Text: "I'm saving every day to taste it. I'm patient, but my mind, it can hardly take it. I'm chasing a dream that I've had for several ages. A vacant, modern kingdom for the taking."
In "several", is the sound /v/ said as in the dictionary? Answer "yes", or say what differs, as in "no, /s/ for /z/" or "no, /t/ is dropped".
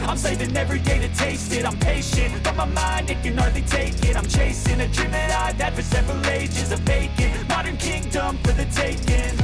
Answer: yes